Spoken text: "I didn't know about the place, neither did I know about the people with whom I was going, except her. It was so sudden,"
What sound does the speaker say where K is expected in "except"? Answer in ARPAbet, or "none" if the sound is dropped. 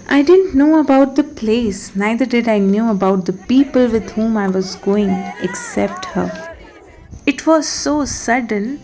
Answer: K